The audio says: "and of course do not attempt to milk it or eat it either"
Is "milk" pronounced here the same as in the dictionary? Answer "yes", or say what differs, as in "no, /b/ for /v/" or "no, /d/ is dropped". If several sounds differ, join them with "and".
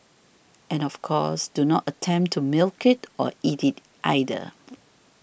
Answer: yes